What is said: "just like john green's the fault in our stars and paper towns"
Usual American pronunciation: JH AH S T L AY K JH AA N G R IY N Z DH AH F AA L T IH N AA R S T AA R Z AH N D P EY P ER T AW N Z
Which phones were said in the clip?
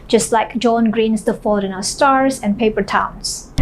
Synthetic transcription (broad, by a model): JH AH S T L AY K JH AA N G R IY N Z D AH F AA T IH N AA S T AA R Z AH N P EY P ER T AW N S